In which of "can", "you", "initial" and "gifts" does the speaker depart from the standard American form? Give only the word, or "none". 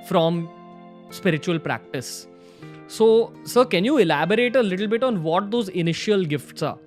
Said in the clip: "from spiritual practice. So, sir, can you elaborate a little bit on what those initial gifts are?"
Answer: none